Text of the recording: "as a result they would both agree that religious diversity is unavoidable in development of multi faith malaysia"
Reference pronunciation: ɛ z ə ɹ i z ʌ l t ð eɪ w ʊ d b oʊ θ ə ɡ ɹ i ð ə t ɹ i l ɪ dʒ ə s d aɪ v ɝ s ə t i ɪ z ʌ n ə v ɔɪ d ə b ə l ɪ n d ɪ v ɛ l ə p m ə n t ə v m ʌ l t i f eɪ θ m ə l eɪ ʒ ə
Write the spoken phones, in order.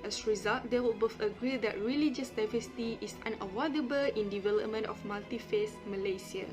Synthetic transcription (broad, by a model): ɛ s ɹ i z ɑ l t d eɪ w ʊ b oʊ f ə ɡ ɹ i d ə t ɹ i l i dʒ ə s d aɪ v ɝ s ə t i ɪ s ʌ n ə w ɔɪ d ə b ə l ɪ n d ɪ v ɛ l ə p m ə n t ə f m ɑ l t i f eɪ s m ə l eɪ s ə